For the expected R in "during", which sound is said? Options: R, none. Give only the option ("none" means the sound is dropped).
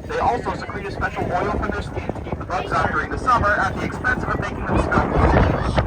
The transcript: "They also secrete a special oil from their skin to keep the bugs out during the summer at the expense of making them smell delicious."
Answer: R